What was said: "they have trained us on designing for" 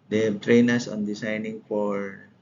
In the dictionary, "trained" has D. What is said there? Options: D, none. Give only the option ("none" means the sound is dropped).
none